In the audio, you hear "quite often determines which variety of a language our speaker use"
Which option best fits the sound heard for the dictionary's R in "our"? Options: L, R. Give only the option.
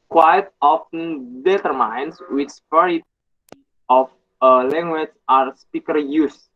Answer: R